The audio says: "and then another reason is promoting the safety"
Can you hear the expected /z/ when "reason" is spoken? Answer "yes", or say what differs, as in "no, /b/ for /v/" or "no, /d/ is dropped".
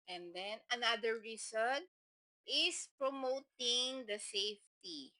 no, /s/ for /z/